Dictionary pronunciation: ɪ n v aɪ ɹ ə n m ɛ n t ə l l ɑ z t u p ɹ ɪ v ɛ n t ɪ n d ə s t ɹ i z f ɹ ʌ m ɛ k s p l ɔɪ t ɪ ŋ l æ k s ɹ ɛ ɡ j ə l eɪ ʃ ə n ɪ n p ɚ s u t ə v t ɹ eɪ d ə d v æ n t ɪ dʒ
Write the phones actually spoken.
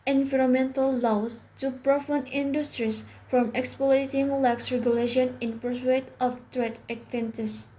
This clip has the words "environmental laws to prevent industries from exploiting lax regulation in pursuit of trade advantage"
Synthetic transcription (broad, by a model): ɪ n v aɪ ɹ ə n m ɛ n t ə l l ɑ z t u p ɹ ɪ f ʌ n ɪ n d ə s t ɹ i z f ɹ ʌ m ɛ k s p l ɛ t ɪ ŋ l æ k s ɹ ɛ ɡ j ə l eɪ ʃ ə n ɪ n p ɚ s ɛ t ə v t ɹ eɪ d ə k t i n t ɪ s